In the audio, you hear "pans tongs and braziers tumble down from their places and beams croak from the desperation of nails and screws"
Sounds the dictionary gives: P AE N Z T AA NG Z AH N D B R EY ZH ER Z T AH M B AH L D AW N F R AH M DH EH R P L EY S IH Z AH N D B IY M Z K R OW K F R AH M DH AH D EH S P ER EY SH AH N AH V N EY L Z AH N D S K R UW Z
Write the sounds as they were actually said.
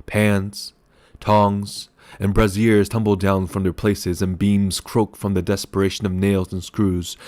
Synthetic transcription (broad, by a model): P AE N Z T AA NG Z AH N B R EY Z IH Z T AH M B L D AW N F R AH M DH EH R P L EY S IH Z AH N B IY M Z K R OW K F R AH M DH AH D EH S P ER EY SH AH N AH V N EY L Z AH N S K R UW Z